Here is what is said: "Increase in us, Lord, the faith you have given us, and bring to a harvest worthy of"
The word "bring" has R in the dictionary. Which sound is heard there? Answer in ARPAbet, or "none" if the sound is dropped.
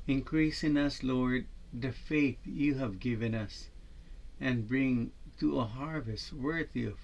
R